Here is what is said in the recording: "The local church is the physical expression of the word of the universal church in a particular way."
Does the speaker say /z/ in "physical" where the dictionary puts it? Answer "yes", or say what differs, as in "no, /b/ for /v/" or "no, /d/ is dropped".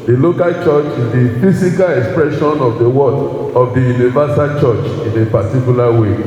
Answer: no, /s/ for /z/